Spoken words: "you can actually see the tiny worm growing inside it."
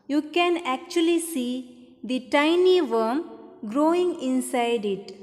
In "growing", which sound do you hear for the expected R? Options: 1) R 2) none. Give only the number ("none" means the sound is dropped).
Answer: 1